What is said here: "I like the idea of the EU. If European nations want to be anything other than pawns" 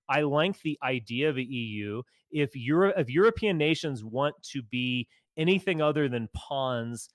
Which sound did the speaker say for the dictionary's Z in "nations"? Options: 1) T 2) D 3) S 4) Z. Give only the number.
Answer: 4